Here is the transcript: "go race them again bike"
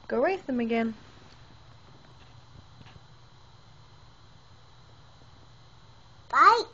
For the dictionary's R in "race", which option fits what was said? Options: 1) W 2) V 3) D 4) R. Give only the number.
1